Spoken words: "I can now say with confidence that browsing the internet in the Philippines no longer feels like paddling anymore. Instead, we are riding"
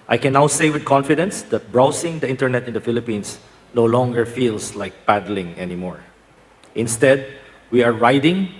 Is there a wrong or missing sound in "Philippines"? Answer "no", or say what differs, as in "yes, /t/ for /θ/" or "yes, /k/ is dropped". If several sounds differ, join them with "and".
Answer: yes, /s/ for /z/